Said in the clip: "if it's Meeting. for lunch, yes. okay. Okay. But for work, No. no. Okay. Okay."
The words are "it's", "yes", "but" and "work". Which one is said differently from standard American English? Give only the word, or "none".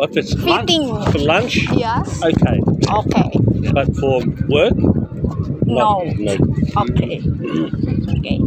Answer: yes